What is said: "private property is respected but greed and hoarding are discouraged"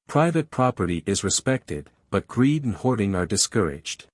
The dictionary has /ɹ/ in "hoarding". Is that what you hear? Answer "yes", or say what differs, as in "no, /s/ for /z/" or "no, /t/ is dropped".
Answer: yes